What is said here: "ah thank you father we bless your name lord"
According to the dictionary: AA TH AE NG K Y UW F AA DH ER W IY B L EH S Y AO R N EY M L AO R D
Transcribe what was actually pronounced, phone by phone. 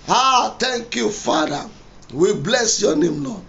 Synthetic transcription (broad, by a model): AA T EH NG K Y UW F AA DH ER W IY B L EH S Y AO N EY M L AO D